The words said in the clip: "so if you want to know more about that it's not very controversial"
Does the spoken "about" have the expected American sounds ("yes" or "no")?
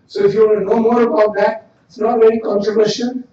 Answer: yes